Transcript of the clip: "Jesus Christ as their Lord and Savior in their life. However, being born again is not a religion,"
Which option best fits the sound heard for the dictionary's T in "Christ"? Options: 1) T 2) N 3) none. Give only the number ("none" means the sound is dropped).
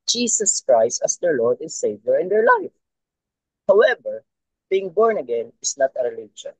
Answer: 1